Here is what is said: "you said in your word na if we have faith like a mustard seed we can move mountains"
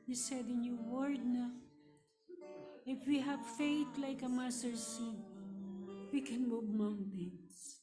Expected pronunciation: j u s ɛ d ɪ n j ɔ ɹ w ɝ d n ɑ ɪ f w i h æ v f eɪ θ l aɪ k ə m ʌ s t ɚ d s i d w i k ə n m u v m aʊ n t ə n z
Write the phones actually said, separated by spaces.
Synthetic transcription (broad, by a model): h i s ɛ d ɪ n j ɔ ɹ w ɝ d n ɑ ɪ f w i h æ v f eɪ t l aɪ k ə m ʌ s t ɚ s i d w i k ə n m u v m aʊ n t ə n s